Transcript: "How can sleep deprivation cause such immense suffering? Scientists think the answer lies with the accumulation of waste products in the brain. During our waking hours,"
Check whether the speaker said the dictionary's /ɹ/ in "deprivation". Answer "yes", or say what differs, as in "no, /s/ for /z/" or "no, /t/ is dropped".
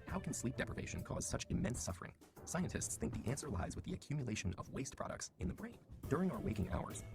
yes